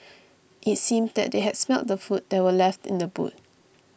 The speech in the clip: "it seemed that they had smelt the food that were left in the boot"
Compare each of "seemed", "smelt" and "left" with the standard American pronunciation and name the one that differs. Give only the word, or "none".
none